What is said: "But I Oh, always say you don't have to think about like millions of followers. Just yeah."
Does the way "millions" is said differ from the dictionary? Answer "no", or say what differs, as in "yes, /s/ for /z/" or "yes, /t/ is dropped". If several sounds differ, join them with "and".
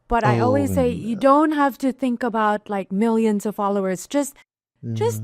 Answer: no